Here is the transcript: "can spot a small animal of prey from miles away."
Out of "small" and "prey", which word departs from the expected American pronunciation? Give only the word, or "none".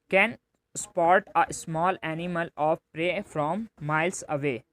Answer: none